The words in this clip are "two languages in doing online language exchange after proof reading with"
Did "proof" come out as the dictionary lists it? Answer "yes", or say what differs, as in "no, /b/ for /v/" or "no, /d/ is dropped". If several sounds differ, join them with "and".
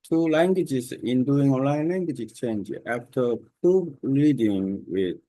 no, /ɹ/ is dropped